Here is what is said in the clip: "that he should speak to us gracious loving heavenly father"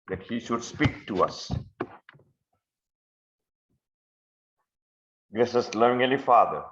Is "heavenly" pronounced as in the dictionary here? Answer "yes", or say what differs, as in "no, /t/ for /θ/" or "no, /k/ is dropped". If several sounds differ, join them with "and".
no, /n/ is dropped